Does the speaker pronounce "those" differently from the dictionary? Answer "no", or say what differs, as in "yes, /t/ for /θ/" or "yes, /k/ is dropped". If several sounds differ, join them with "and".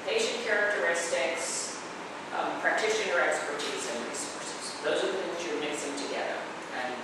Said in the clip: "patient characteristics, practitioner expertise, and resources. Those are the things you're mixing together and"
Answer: no